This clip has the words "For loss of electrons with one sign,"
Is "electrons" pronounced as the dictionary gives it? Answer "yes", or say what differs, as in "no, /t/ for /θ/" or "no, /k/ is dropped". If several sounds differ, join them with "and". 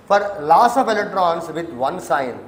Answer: no, /k/ is dropped